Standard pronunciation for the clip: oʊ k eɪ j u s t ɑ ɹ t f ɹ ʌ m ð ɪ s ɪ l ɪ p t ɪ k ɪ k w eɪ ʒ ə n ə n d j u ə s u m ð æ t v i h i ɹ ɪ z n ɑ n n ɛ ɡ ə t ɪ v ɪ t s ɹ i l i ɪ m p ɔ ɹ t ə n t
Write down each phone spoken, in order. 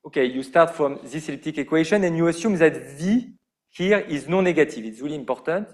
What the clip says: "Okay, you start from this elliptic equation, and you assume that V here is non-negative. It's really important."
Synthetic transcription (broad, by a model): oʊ k eɪ j u s t ɑ ɹ t f ɹ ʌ m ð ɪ s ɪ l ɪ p t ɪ k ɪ k w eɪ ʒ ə n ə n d j u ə s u m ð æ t v i h i ɹ ɪ z n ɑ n n ɛ ɡ ə t ɪ v ɪ t s ɹ i l i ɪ m p ɔ ɹ t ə n t